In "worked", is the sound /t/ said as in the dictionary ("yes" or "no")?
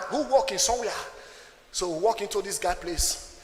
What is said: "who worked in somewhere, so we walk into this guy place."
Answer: no